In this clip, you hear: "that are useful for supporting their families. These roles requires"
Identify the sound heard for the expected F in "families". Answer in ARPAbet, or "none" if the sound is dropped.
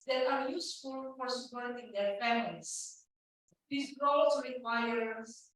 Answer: P